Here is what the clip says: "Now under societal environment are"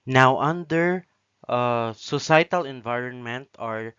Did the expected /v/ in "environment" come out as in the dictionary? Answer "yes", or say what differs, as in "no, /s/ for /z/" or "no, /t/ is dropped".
yes